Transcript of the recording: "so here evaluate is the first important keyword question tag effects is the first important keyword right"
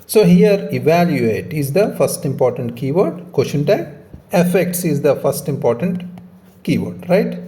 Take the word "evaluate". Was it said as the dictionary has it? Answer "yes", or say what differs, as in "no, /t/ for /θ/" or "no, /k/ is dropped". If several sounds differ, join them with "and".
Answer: yes